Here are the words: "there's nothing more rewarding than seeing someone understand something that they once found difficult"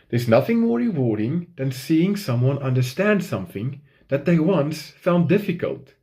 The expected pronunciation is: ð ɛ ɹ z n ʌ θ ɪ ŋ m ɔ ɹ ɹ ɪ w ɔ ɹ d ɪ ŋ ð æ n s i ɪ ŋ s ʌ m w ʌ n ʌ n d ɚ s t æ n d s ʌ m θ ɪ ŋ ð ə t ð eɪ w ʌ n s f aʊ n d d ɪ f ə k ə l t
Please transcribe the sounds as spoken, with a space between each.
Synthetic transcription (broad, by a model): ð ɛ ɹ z n ʌ θ ɪ ŋ m ɔ ɹ ɹ ɪ w ɔ ɹ d ɪ ŋ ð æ n s i ɪ ŋ s ʌ m w ʌ n ʌ n d ɚ s t æ n d s ʌ m θ ɪ ŋ ð ə t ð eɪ w ʌ n s f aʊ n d d ɪ f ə k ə l t